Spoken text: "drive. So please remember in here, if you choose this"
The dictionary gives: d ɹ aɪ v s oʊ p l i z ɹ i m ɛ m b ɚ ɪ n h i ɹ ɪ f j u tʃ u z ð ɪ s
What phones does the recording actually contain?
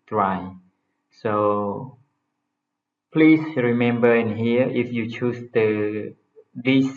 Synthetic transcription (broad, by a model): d ɹ aɪ s oʊ p l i s ɹ i m ɛ m b ɚ ɪ n h i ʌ ɪ f j u tʃ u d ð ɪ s